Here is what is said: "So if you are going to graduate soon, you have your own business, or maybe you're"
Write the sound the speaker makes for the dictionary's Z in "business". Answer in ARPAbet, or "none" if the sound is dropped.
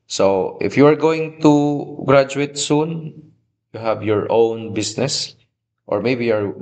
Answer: S